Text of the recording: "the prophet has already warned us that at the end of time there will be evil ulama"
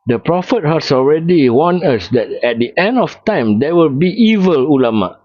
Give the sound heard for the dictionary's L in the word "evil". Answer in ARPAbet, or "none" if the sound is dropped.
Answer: L